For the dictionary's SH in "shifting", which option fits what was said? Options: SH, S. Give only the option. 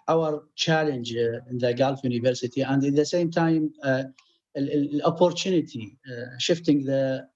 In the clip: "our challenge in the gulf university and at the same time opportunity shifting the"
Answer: SH